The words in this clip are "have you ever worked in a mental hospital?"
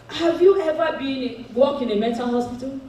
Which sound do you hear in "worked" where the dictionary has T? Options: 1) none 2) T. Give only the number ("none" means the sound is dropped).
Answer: 1